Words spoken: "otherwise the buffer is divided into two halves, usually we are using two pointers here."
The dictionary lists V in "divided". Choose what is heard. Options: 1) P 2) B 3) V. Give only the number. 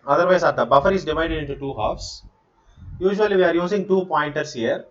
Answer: 3